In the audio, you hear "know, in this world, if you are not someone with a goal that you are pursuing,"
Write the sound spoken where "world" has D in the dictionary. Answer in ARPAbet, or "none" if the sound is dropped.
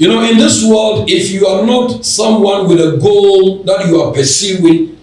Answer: D